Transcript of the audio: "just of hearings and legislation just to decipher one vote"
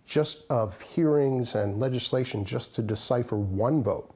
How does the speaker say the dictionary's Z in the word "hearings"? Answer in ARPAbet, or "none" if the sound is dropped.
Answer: Z